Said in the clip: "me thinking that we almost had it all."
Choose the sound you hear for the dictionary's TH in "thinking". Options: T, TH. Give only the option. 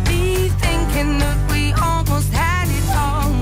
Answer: TH